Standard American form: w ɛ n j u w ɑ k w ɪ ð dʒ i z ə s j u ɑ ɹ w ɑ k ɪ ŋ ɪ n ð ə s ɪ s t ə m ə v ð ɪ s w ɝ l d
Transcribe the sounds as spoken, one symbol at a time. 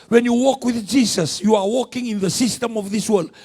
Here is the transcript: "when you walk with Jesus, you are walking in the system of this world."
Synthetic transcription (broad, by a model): w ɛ n j u w ɑ k w ɪ ð dʒ i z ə s j u ɑ ɹ w ɑ k ɪ ŋ ɪ n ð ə s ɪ s t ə m ə v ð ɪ s w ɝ l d